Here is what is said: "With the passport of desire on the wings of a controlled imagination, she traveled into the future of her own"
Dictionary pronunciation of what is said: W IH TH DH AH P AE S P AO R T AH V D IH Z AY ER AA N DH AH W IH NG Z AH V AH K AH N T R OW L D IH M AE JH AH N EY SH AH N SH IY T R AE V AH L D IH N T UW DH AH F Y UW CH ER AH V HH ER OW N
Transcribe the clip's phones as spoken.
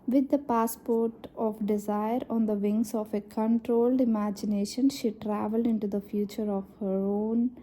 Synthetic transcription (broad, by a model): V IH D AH P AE S P AO R T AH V D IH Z AY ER AA N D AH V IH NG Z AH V AH K AH N T R OW L D IH M AE JH AH N EY SH AH N SH IY T R AE V AH L D IH N T UW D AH F Y UW CH ER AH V HH ER OW N